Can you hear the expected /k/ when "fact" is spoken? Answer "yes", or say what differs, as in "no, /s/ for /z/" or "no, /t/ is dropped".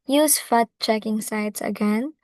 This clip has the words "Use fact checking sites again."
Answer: no, /k/ is dropped